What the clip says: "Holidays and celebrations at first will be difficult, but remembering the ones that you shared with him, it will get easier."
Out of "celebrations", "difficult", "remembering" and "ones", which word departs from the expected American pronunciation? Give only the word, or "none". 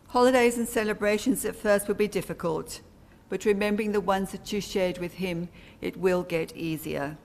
none